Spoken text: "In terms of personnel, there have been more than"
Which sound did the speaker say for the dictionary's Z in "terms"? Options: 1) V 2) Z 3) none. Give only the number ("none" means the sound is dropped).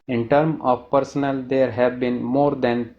3